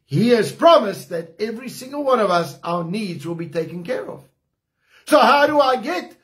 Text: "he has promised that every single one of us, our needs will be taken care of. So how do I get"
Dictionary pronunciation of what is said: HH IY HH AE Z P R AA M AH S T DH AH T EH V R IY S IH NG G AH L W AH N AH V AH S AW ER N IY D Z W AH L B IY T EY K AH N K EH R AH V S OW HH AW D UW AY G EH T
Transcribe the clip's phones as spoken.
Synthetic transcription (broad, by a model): HH IY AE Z P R AA M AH S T DH AH T EH V R IY S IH NG G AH L W AH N AH V AH S AW ER N IY D Z W AH L B IY T EY K AH N K EH R AH V S OW HH AW D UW AY G EH T